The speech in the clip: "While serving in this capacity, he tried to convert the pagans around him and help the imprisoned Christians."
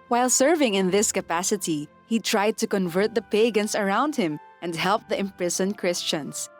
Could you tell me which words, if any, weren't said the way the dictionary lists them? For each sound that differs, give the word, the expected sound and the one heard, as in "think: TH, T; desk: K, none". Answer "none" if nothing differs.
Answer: pagans: Z, S